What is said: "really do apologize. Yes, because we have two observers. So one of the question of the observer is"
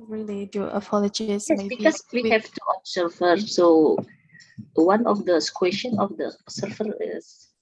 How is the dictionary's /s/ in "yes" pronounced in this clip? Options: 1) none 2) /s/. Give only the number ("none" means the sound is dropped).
1